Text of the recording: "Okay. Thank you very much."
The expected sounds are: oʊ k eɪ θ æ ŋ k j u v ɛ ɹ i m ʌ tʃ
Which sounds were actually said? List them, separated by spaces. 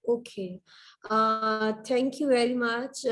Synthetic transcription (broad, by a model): oʊ k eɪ t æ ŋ k j u v ɛ ɹ i m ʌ tʃ